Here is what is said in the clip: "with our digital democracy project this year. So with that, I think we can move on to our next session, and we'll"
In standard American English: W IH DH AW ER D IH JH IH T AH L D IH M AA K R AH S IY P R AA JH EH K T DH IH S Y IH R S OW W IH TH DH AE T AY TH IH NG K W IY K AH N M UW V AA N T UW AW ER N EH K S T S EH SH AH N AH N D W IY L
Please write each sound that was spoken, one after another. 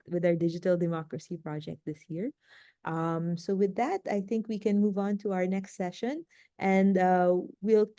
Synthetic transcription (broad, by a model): W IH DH AW ER D IH JH IH T AH L D IH M AA K R AH S IY P R AA JH EH K T DH IH S Y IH R S OW W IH DH AE T AY TH IH NG K W IY K AH N M UW V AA N T UW AW ER N EH K S T S EH SH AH N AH N D W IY L